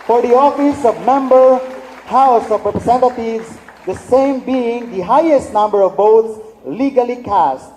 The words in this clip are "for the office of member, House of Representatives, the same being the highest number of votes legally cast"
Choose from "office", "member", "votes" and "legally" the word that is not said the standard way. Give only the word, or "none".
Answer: votes